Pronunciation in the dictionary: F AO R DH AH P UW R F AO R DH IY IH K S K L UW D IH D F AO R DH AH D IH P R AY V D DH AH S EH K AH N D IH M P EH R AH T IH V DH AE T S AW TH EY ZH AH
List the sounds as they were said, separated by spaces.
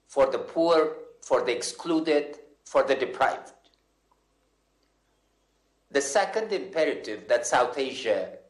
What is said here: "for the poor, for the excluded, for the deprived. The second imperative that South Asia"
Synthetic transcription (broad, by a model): F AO R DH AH P UW R F AO R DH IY IH K S K L UW D IH D F AO R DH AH D IH P R AY V D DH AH S EH K AH N D IH M P EH R AH T IH V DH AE T S AW TH EY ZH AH